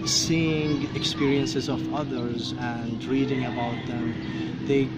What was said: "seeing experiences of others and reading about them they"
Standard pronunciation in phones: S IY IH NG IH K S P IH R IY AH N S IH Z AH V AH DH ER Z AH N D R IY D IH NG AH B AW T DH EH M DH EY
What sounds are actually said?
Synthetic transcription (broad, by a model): S IY IH NG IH K S P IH R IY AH N S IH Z AH V AH DH ER Z AH N D R IY D IH NG AH B AW T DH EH M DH EY